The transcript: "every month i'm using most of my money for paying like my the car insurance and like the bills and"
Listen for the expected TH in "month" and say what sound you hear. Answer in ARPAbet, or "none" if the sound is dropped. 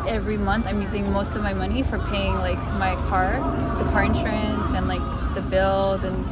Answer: TH